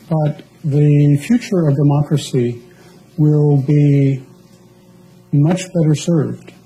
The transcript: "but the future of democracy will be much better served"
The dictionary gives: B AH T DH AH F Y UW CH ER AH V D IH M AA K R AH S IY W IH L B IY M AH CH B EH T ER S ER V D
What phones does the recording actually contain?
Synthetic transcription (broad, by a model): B AH T DH AH F Y UW CH ER AH V D IH M AA K R AH S IY W IH L B IY M AH CH B EH T ER S ER V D